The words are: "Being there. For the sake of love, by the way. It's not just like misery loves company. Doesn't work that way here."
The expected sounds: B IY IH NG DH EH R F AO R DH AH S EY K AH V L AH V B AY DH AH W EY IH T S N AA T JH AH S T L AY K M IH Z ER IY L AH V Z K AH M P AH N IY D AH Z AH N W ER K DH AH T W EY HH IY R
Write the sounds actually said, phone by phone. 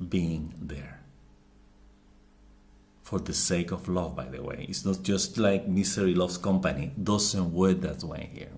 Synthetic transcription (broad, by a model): B IY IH NG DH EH R F AO R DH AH S EY K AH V L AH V B AY DH AH W EY IH T S N AA T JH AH S T L AY K M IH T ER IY L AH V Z K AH M P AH N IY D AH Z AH N W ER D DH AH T W EY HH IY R